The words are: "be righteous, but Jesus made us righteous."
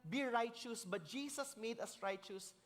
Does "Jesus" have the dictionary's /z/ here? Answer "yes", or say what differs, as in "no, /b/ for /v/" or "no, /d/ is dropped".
no, /s/ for /z/